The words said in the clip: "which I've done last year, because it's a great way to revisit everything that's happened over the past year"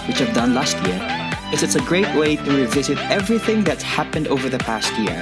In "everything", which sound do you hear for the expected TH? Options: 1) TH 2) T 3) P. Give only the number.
1